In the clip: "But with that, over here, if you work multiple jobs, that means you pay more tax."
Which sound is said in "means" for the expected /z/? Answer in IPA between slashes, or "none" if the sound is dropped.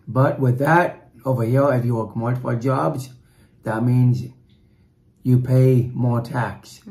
/z/